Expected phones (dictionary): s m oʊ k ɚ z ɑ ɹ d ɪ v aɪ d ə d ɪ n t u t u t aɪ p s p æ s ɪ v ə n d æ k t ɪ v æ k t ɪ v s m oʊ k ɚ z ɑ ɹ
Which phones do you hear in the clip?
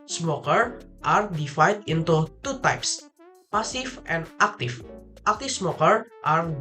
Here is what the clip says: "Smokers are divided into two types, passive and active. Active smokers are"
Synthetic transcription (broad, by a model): s m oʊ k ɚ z ɑ ɹ d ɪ f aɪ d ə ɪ n t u t u t aɪ p s p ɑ s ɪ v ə n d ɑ k t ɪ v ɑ k t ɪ f s m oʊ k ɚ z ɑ ɹ